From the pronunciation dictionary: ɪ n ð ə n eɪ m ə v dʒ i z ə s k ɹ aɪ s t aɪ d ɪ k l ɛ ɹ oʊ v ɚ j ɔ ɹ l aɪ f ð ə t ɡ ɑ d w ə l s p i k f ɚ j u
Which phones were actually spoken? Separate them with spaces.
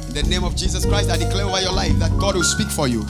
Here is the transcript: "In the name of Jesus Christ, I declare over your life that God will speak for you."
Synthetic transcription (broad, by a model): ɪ n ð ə n eɪ m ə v dʒ i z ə s k ɹ aɪ s t aɪ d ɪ k l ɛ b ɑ ɪ j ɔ l aɪ f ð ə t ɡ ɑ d w ə l s p i k f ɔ j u